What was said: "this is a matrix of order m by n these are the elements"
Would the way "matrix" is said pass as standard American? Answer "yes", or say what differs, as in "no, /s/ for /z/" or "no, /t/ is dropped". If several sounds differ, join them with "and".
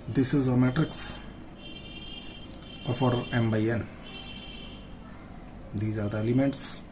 yes